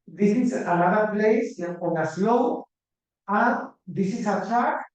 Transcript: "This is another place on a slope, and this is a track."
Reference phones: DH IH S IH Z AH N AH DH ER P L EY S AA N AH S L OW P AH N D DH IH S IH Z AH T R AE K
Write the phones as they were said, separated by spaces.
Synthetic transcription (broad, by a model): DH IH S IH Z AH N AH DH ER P L EY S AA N AH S L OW AH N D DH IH S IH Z AH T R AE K